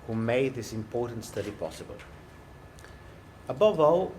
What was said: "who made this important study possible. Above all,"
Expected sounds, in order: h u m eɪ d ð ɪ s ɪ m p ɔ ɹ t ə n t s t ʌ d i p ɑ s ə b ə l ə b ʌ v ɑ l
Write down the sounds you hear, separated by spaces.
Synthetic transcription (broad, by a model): h u m eɪ d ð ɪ s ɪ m p ɔ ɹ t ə n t s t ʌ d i p ɑ s ə b ə l ə b ʌ v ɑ l